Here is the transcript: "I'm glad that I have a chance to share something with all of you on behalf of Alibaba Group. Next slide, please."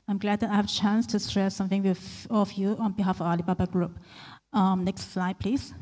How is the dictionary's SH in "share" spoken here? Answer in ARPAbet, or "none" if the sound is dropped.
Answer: S